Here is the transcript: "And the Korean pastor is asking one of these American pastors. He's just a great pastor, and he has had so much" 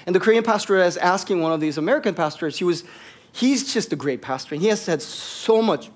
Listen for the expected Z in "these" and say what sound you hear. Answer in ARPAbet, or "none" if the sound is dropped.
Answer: Z